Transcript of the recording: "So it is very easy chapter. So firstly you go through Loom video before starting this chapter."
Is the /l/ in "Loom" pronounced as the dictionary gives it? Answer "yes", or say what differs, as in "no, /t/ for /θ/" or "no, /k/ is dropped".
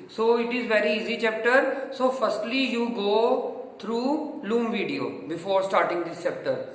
yes